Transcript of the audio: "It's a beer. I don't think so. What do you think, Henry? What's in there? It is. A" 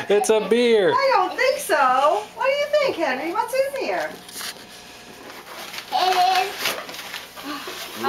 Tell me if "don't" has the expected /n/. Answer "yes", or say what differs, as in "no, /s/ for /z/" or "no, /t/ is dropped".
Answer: yes